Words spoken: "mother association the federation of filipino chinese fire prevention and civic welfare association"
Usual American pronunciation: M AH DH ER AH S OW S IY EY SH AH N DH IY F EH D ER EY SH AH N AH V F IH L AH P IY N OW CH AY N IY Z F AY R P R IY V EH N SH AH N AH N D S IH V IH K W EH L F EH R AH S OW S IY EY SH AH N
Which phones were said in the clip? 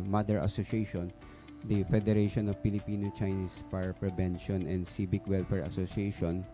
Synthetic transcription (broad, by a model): M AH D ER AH S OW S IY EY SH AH N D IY F EH D ER EY SH AH N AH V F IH L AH P IY N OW CH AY N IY S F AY R P R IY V EH N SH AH N AH N D S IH B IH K W EH L F EH R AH S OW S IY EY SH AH N